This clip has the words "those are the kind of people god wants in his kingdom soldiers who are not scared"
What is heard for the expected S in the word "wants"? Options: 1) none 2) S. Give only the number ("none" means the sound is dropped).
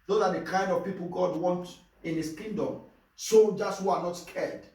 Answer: 1